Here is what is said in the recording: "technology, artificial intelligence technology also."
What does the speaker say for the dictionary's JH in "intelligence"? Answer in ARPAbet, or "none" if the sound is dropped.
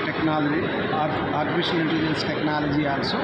none